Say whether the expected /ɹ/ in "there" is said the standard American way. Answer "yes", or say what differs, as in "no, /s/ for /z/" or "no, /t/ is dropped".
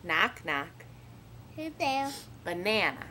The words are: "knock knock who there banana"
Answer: no, /l/ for /ɹ/